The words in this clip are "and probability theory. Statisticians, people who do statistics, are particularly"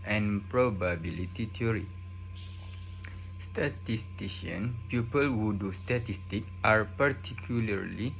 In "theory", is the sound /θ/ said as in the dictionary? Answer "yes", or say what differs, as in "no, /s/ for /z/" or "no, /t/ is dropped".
no, /t/ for /θ/